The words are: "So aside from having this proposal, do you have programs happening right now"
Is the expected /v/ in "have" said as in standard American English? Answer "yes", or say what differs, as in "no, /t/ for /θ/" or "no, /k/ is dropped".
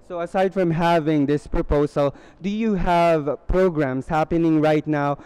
yes